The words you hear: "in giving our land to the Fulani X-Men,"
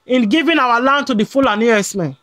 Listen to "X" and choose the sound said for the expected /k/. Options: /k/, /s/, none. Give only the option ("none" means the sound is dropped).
none